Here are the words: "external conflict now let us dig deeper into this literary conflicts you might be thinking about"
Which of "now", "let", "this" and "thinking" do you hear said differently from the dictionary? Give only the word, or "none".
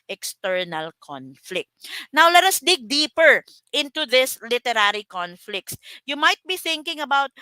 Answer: none